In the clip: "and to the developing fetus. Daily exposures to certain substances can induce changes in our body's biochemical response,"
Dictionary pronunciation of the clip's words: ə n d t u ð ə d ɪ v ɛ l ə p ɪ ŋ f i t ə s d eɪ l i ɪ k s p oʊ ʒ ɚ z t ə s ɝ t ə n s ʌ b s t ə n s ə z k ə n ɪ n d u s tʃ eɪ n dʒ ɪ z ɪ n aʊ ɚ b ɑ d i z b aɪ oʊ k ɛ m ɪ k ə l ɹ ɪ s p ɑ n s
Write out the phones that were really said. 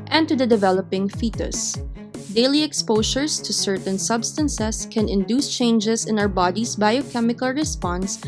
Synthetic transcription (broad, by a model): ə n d t u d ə d ɪ v ɛ l ə p ɪ ŋ f i t ə s d eɪ l i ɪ k s p oʊ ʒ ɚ s t ə s ɝ t ə n s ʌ b s t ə n s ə s k ə n ɪ n d u s tʃ eɪ n dʒ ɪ s ɪ n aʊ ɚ b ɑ d i s b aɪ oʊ k ɛ m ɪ k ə l ɹ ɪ s p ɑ n s